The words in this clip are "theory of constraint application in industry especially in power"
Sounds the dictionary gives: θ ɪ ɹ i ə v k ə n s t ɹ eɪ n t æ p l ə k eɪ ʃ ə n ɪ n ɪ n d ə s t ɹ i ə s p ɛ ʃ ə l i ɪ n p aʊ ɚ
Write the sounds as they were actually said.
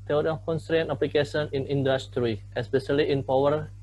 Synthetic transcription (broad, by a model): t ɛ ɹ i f k ə n s t ɹ eɪ n t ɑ p l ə k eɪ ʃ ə n ɪ n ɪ n d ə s t ɹ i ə s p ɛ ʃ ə l i ɪ n p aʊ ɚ